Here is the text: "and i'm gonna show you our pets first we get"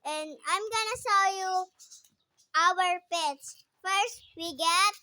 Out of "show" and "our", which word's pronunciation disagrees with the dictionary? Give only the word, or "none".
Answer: show